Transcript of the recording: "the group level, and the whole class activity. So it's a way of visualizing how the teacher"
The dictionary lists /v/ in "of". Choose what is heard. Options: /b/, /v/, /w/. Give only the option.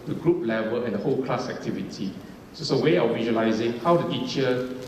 /w/